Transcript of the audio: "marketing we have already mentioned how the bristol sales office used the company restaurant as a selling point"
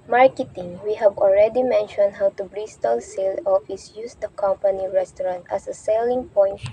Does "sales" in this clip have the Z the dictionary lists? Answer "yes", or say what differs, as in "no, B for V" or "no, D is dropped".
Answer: no, Z is dropped